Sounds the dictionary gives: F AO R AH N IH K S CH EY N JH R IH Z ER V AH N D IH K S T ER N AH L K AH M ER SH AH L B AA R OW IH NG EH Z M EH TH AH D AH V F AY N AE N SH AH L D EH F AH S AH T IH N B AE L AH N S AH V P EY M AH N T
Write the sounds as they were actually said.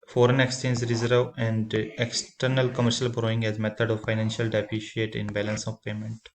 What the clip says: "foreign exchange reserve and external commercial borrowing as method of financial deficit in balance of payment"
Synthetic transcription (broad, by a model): F AO R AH N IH K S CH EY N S R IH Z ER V AH N D IH K S T ER N AH L K AH M ER SH AH L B R OW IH NG EH Z M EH T AH D AH V F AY N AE N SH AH L D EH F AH SH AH T IH N B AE L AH N S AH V P EY M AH N T